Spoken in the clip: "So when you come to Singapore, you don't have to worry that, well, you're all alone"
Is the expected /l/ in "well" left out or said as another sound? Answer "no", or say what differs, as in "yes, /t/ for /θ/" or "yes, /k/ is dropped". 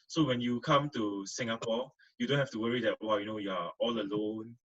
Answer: yes, /n/ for /l/